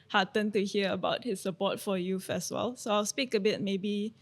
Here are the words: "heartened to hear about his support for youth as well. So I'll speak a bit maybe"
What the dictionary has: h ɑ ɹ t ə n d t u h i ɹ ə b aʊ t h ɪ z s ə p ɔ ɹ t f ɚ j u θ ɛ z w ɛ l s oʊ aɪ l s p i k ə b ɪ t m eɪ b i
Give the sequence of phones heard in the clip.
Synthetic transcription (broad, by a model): h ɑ t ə n t u h i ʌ ə b aʊ t h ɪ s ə p ɔ t f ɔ j u f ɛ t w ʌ l s oʊ aɪ l s p i k ə b ɪ t m eɪ b i